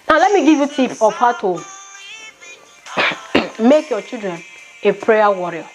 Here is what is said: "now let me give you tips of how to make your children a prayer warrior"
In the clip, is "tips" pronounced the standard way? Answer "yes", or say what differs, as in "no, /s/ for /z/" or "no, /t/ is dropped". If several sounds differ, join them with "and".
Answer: no, /s/ is dropped